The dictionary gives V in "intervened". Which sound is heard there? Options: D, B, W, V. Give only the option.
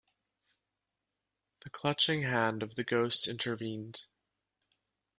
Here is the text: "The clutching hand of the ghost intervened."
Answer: V